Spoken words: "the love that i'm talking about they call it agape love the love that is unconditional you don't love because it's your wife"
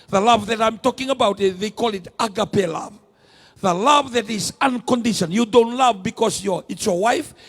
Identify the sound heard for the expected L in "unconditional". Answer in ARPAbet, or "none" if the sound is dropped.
N